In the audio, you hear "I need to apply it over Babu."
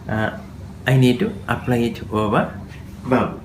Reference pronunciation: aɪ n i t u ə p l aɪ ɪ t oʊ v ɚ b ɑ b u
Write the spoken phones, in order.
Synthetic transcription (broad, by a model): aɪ n i t u ə p l aɪ ɪ t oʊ p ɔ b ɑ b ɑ